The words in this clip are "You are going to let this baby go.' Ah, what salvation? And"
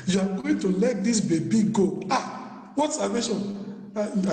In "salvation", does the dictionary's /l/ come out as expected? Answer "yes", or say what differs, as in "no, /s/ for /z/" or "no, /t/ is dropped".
no, /l/ is dropped